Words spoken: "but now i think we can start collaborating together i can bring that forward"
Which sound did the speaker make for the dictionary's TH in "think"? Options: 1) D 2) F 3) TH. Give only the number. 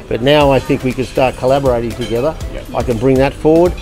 3